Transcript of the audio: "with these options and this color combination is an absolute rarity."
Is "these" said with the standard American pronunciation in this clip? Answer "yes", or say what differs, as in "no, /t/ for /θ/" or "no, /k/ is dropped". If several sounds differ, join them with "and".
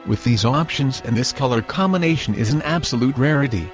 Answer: yes